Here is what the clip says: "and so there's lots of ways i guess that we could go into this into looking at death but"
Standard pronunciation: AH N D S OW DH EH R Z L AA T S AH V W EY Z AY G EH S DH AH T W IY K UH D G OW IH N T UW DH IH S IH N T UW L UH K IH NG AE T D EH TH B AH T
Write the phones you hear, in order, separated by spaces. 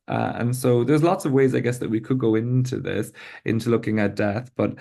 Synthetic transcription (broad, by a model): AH N S OW DH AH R Z L AA T S AH V W EY Z AY G EH S DH AH T W IY K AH D G OW IH N T UW DH IH S IH N T UW L UH K IH NG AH T D EH TH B AH T